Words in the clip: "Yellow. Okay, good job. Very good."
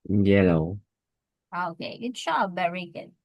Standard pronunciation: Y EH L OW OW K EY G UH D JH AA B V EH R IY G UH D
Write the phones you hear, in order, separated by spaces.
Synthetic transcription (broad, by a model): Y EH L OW OW K EY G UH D SH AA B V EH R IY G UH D